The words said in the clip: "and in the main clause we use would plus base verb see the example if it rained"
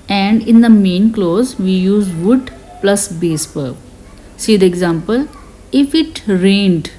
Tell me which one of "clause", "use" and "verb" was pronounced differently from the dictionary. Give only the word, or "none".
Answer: verb